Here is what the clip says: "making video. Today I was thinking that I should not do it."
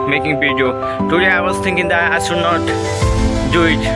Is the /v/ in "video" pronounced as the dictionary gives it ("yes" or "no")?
no